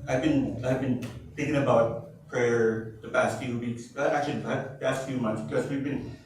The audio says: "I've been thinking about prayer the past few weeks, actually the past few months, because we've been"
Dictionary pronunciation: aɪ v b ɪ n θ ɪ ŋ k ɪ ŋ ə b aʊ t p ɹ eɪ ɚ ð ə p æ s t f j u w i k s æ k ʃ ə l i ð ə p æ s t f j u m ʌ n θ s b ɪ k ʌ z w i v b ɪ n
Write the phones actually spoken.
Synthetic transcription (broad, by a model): aɪ v b ɪ n θ ɪ ŋ k ɪ ŋ ə b aʊ t p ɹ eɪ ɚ ð ə p æ s t f j u w i k s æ k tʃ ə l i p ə p æ s t f j u m ʌ n θ s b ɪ k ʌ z w i v b ɪ n